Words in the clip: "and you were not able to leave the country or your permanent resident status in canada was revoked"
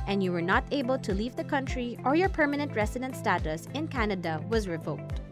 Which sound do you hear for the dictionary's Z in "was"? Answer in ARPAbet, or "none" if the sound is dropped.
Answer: Z